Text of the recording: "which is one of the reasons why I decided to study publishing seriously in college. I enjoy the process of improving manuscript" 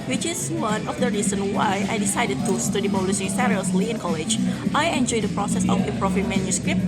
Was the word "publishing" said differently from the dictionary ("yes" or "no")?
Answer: yes